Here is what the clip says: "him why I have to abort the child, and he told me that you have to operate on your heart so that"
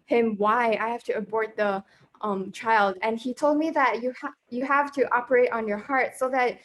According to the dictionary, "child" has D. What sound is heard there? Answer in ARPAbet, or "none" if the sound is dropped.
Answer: D